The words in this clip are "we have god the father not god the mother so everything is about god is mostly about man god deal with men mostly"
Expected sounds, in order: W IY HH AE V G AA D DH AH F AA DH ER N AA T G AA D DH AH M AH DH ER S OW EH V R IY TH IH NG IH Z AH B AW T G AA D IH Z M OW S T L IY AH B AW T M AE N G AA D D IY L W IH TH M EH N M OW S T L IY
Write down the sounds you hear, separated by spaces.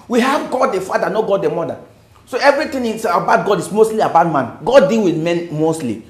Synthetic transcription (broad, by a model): W IY HH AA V G AA D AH F AA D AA N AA G AA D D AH M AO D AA S OW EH V R IY T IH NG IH S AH B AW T G AA D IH S M OW S T L IY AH B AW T M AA N G AA D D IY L W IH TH M EH N M OW S T L IY